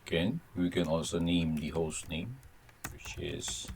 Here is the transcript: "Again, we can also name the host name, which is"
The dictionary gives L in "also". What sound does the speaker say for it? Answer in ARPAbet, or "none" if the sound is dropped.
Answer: L